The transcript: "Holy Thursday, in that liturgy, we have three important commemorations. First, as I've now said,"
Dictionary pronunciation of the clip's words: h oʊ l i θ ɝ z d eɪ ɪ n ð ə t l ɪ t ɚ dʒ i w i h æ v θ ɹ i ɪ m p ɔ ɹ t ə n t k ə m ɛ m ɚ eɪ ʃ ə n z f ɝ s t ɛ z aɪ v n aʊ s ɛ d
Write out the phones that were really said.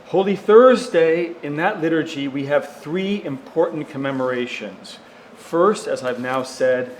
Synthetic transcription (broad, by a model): h oʊ l i θ ɝ z d eɪ ɪ n ð ə t l ɪ t ɚ dʒ i w i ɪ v θ ɹ i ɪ m p ɔ ɹ t n k ə m ɛ m ɚ eɪ ʃ ə n z f ɝ s t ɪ z aɪ v n aʊ s ɛ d